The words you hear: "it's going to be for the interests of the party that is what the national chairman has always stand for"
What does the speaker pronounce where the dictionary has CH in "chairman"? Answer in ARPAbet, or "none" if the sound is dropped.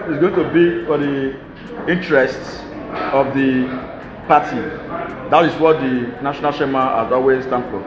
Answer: SH